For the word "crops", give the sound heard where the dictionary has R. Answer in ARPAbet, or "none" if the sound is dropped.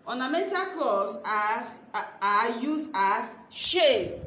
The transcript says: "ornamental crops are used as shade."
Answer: L